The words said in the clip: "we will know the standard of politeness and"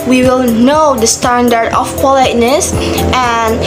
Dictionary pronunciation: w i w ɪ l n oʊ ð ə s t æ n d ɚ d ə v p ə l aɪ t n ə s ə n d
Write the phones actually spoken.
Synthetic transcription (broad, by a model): w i w ɪ l n oʊ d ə s t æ n d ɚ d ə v p ə l aɪ t n ə s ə n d